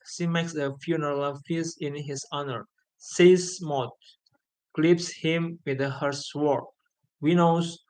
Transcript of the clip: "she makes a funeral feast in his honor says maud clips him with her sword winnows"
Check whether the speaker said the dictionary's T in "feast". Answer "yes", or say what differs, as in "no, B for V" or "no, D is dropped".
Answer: no, T is dropped